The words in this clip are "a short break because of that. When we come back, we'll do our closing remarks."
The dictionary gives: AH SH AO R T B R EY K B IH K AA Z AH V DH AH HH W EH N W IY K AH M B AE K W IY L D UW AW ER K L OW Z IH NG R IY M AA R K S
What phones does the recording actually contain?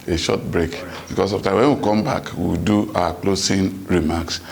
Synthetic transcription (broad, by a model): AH SH AO T B R EY K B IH K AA S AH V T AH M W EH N W IY K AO M B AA K W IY W D UW AW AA K L OW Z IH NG R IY M AA K S